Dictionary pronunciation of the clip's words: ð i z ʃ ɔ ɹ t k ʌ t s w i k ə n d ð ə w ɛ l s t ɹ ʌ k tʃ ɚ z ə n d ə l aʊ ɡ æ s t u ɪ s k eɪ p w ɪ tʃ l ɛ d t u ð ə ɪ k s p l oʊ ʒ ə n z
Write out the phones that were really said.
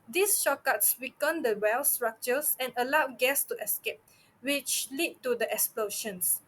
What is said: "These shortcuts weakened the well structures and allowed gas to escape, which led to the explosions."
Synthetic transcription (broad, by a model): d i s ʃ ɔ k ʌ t s w i k ə n d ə w ɛ l s t ɹ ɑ k tʃ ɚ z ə n ə l aʊ ɡ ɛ s t u ɪ s k eɪ p w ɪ tʃ l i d t u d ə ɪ k s p l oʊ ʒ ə n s